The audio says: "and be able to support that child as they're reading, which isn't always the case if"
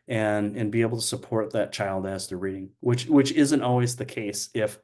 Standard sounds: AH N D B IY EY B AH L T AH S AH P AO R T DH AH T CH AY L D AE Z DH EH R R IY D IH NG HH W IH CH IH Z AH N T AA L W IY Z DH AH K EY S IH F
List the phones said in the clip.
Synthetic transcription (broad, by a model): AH N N B IY EY B L T AH S AH P AO R T DH AH T CH AY L D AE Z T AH R R IY D IH NG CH W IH CH IH Z AH N T AA L W IY Z DH AH K EY S IH F